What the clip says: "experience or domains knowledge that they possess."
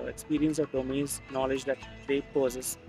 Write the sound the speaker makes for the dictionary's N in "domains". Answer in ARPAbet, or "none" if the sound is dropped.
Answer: none